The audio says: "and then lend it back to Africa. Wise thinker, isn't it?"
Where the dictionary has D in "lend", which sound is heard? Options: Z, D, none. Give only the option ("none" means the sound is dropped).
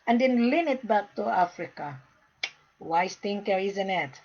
none